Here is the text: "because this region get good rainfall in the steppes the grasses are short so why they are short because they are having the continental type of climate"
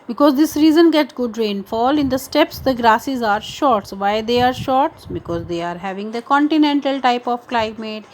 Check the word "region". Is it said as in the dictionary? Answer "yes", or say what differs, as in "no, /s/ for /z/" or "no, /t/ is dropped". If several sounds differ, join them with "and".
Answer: no, /z/ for /dʒ/